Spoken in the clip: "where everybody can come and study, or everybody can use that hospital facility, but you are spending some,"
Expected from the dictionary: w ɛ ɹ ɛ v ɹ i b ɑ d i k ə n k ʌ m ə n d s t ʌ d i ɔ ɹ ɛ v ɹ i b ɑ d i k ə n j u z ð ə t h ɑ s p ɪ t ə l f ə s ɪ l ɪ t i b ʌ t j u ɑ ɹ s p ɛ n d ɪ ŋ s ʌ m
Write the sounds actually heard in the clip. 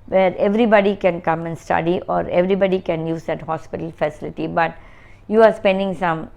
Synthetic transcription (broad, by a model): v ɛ ɹ ɛ v ɹ i b ɑ d i k ə n k ʌ m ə n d s t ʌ d i ɔ ɹ ɛ v ɹ i b ɑ d i k ə n j u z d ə t h ɑ s p ɪ t ə l f ə s ɪ l ɪ t i b ʌ t j u ɑ ɹ s p ɛ n d ɪ ŋ s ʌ m